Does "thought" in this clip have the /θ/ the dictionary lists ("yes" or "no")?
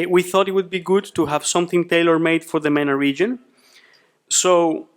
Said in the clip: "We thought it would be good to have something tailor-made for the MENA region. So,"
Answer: yes